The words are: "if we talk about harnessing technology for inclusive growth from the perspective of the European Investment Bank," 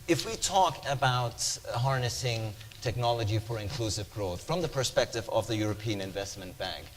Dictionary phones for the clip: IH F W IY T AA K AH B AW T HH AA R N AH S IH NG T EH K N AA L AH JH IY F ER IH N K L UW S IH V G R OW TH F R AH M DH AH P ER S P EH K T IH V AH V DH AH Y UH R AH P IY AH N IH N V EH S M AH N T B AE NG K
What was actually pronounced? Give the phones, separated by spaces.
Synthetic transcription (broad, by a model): IH F W IY T AA K AH B AW T HH AA R N AH S IH NG T EH K N AA L AH JH IY F ER IH N K L UW S IH V G R OW TH F R AH M DH AH P ER S P EH K T IH V AH V DH AH Y UH R AH P IY AH N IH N V EH S M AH N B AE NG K